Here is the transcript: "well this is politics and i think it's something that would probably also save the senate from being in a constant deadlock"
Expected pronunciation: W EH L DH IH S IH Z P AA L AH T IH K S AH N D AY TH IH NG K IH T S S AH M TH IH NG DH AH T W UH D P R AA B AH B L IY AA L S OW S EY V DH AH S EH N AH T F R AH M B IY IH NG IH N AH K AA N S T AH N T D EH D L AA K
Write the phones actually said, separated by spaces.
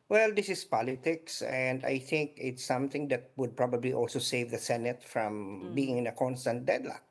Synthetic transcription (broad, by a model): W EH L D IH S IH S P AA L AH T IH K S AH N D AY TH IH NG K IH T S S AH M TH IH NG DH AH T W UH D P R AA B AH B L IY AA L S OW S EY V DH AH S EH N AH T F R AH M B IY IH NG IH N AH K AA N S T AH N T D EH D L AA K